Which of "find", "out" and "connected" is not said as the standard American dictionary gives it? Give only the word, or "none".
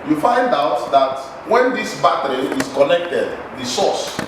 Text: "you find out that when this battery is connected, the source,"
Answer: none